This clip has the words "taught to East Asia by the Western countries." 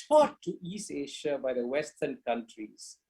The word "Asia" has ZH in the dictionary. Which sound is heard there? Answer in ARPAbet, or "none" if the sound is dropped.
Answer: SH